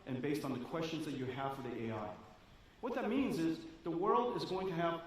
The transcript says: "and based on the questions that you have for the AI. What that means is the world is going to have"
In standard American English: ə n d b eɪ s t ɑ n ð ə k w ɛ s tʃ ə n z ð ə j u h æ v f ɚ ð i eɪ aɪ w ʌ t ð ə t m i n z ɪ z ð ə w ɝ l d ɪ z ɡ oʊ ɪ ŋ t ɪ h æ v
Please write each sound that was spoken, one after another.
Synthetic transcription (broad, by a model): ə n b eɪ s t n ð ə k w ɛ s tʃ ə n z ð ə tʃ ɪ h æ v f ɚ ð i eɪ aɪ w ʌ t ð ə t m i n z ɪ z ð ə w ɝ l d ɪ z ɡ oʊ ɪ ŋ t ɪ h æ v